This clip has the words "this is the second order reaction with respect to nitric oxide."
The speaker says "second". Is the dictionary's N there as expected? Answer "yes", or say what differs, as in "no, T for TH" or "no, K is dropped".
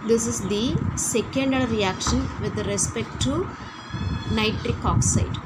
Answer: yes